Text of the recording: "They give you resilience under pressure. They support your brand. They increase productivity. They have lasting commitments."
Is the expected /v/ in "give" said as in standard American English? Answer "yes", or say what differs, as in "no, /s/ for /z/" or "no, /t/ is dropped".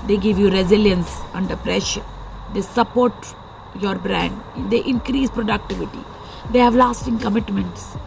yes